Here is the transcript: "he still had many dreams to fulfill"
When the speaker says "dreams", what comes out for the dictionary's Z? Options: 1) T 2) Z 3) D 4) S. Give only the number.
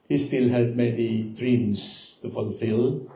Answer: 4